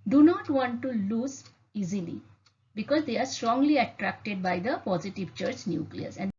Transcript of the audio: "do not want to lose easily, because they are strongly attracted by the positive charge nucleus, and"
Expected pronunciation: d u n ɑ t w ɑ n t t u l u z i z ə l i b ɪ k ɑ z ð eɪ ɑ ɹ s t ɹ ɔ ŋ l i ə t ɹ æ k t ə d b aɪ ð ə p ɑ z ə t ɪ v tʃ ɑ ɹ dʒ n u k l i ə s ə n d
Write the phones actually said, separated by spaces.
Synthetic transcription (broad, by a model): d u n ɑ t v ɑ n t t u l u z i z ə l i b ɪ k ɑ z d eɪ ɑ ɹ s t ɹ ɔ ŋ l i ə t ɹ æ k t ə d b aɪ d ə p ɑ z ə t ɪ v tʃ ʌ ɹ tʃ n u k l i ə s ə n